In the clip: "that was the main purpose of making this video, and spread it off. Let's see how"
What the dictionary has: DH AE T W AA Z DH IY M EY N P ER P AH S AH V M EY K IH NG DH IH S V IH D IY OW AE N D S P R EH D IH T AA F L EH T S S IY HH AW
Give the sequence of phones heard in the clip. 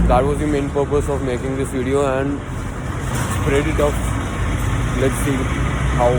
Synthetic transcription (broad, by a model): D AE T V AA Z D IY M EY N P ER P AH S AH V M EY K IH NG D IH S V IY D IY OW AE N D S P R EH D IH T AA P L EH T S S IY HH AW